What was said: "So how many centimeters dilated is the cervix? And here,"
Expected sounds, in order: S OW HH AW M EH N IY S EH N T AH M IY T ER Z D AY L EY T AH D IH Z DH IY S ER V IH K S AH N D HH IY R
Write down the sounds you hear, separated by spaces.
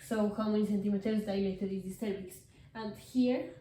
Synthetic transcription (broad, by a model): S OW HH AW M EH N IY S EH N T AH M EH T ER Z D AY N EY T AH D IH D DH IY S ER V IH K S AH N D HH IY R